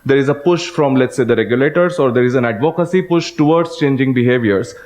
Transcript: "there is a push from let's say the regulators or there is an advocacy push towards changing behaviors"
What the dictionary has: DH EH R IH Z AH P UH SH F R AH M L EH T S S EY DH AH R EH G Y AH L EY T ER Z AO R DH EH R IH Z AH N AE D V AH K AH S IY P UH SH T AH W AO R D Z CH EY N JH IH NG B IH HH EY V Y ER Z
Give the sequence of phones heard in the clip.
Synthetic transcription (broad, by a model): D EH R IH Z AH P UH SH F R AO M L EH T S S EY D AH R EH G Y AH L EY T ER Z AO R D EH R IH Z AH N AE D V AH K AH S IY P UH SH T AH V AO R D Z CH EY N JH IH NG B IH HH EY V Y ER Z